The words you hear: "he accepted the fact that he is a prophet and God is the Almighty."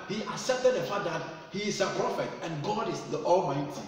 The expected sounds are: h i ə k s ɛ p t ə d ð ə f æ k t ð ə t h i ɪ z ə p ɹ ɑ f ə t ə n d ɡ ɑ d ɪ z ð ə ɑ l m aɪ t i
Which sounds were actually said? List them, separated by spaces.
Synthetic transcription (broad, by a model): h i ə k s ɛ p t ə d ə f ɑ t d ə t h i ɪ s ə p ɹ ɑ f ə t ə n ɡ ɑ d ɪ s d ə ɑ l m aɪ t i